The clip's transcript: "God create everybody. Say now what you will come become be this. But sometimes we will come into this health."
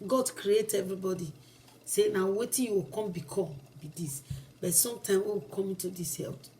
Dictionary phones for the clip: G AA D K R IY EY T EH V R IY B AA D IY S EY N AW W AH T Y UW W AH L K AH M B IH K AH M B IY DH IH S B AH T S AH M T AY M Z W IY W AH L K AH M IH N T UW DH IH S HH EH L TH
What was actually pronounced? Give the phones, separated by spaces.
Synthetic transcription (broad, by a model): G AA D K R IY EY T EH V R IY B AA D IY S EY N AW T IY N Y UW W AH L K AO M B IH K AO B IY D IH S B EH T S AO M T AY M W IY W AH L K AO M IH N T UW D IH S HH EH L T